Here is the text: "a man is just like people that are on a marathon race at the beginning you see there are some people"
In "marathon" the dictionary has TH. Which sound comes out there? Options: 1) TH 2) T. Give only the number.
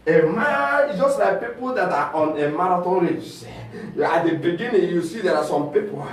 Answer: 2